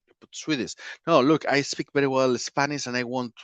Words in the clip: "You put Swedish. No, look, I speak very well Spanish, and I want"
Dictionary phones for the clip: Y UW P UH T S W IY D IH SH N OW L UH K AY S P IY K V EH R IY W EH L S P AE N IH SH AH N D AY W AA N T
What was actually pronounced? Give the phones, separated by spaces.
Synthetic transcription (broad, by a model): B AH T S W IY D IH S N OW L UH K AY S P IY K V EH R IY W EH L S P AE N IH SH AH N AY W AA N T